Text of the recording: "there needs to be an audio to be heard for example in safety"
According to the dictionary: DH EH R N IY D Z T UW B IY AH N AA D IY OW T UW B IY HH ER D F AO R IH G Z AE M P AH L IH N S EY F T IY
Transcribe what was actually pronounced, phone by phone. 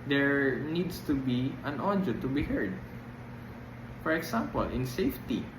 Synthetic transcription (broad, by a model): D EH R N IY D S T UW B IY AH N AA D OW T UW B IY HH ER D F AO R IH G S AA M P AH L IH N S EY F T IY